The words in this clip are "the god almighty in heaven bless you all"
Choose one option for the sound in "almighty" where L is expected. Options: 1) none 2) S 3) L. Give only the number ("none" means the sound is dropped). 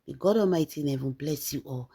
1